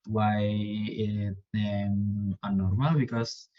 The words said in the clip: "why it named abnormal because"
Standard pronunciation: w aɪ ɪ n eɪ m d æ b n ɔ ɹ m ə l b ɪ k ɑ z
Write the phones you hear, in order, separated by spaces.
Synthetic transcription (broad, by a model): w aɪ ɪ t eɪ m æ n ɔ ɹ m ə l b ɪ k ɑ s